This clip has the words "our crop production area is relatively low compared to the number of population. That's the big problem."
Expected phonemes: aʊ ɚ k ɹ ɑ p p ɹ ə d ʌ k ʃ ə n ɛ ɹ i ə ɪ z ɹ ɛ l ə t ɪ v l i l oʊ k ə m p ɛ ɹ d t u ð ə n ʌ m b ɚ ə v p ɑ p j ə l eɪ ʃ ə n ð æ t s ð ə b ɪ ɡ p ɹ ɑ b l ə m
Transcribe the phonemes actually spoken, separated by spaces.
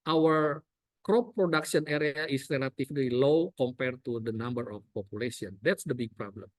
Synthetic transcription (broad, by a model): aʊ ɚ k ɹ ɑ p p ɹ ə d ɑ k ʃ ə n ɛ ɹ i ə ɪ s ɹ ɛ l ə t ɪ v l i l oʊ k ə m p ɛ ɹ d t u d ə n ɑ m b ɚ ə f p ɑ p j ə l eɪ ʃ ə n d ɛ t s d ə b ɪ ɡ p ɹ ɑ b l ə m